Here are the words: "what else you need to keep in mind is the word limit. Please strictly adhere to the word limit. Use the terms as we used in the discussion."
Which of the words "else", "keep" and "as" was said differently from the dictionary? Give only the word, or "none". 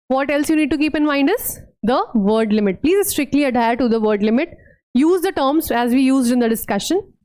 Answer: none